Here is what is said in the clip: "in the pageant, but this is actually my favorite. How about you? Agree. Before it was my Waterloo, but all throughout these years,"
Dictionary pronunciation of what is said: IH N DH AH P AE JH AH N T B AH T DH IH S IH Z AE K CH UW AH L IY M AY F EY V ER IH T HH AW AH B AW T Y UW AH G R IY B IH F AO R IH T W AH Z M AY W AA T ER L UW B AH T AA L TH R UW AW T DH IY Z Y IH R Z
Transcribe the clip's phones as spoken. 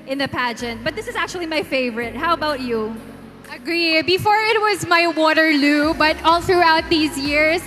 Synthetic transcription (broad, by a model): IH N DH AH P AE JH AH N T B AH T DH IH S IH Z AE K CH UW AH L IY M AY F EY V ER IH T HH AW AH B AW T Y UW AH G R IY B IH F AO R IH T W AH Z M AY W AA T ER L UW B AH T AA L TH R UW AW T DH IY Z Y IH R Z